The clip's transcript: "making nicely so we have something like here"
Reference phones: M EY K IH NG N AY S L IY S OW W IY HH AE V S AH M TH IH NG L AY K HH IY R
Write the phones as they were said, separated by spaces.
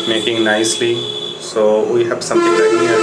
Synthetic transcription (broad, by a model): M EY K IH NG N AY S L IY S OW W IY HH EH B S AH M T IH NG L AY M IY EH